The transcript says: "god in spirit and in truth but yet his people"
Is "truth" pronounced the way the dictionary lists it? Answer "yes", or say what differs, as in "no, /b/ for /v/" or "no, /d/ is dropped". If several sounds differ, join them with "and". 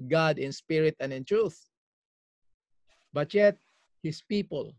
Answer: yes